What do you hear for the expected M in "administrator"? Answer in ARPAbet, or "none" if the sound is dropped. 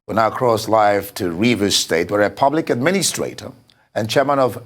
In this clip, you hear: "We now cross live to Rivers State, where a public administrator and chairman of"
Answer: M